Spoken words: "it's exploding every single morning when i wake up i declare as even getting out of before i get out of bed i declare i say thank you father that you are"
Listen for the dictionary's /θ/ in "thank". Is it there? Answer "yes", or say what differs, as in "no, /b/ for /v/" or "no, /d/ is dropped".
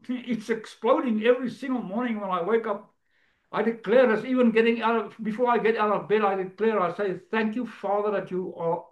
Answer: yes